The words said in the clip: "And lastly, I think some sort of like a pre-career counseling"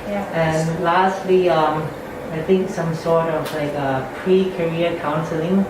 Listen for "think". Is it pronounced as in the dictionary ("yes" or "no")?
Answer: yes